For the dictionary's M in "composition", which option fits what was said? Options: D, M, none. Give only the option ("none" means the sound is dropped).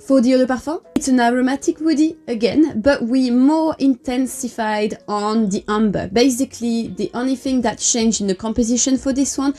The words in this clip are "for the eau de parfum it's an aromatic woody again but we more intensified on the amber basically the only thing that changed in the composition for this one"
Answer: M